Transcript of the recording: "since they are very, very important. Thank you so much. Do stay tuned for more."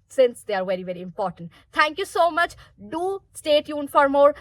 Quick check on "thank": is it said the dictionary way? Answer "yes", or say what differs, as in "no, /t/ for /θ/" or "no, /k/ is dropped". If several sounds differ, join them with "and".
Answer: no, /t/ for /θ/